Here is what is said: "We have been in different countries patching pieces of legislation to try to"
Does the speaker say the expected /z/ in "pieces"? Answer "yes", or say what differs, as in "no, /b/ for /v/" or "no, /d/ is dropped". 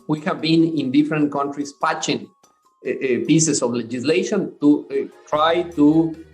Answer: no, /s/ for /z/